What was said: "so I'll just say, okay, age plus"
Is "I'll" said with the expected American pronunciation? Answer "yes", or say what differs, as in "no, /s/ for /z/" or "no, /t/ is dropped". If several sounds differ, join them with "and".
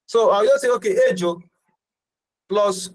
no, /w/ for /l/